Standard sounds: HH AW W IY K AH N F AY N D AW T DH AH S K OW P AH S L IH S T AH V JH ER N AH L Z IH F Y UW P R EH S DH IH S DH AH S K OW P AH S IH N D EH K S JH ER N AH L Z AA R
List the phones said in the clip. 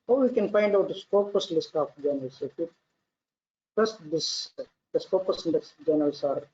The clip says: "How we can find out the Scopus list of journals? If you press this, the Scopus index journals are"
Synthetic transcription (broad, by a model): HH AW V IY K AH N F AY N D AW T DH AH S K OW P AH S L IH S T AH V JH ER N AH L S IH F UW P AH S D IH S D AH S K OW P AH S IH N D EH S JH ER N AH L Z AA R